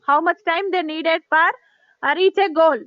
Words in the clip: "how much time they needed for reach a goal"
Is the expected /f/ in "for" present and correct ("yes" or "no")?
no